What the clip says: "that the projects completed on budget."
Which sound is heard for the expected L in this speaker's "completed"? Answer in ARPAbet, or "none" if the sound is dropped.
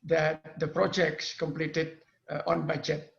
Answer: L